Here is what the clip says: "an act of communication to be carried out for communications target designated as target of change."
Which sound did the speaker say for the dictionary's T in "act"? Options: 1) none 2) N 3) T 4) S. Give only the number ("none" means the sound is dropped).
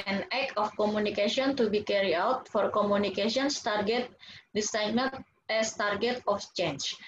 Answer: 1